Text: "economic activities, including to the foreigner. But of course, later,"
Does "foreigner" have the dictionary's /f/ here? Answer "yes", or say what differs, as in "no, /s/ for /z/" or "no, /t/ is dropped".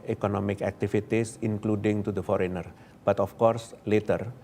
yes